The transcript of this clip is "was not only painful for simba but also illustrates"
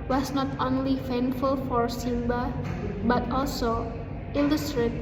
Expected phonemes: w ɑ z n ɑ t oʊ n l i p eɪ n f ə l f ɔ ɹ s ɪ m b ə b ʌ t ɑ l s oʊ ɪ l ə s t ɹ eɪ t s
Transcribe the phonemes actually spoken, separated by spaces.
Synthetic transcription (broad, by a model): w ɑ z n ɑ t oʊ n l i f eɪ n f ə l f ɔ ɹ s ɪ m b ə b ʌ t ɑ l s oʊ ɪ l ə s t ɹ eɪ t